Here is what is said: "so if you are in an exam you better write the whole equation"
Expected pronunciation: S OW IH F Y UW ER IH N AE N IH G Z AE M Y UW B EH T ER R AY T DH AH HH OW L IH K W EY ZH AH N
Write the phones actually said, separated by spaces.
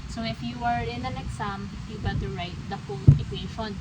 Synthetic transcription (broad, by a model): S OW IH F Y UW ER IH N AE N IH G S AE M Y UW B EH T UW R AY T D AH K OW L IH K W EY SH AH N